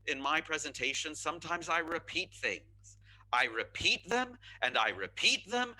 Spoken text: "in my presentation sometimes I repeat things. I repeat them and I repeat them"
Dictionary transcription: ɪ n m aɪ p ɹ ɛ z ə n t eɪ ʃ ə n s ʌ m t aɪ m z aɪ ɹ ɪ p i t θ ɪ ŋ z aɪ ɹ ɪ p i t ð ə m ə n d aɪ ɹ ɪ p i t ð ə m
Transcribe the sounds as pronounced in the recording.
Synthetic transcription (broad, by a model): ɪ n m aɪ p ɹ ɛ z ə n t eɪ ʃ ə n s ʌ m t aɪ m z aɪ ɹ ɪ p i t θ ɪ ŋ z aɪ ɹ ɪ p i t ð ə m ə n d aɪ ɹ ɪ p i t ð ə m